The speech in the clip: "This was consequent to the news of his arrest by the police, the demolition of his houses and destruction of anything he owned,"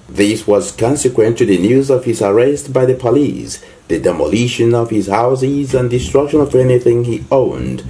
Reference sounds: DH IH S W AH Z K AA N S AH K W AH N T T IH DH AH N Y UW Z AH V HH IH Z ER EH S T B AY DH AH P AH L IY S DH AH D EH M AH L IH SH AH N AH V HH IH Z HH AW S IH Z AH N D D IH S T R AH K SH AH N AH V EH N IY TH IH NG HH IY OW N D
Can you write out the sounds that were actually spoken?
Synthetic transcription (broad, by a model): DH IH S W AH Z K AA N S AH K W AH N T T IH DH AH N Y UW Z AH V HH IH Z ER EH S T B AY DH AH P AH L IY S DH AH D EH M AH L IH SH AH N AH V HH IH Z HH AW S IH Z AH N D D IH S T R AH K SH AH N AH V EH N IY TH IH NG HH IY OW N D